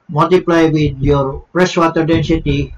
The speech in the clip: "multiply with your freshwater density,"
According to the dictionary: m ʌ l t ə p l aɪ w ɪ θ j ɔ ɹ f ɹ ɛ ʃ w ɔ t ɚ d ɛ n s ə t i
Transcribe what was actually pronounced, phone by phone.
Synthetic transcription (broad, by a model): m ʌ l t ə p l aɪ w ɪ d j ɔ ɹ p ɹ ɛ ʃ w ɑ t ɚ d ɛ n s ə t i